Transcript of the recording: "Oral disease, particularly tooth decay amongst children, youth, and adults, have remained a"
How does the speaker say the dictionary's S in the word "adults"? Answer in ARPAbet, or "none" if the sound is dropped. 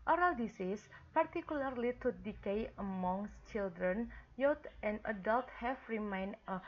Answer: none